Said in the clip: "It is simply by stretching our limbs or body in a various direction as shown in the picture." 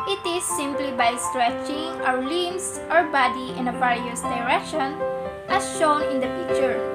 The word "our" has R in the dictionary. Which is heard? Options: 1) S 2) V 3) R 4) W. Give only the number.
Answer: 4